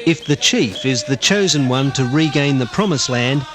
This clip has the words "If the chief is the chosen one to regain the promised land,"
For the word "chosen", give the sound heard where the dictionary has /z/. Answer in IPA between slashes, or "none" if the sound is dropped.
/z/